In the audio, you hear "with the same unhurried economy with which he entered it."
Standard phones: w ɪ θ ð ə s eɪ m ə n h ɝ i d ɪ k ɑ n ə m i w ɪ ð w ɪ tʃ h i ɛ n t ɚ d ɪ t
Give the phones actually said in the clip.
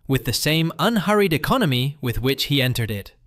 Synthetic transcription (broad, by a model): w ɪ ð ə s eɪ m ə n h ɝ i d ɪ k ɑ n ə m i w ɪ ð w ɪ tʃ h i ɛ n t ɚ d ɪ t